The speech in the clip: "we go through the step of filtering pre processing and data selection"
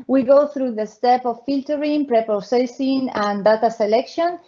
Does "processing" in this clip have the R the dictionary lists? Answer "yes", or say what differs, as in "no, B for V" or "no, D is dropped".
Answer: no, R is dropped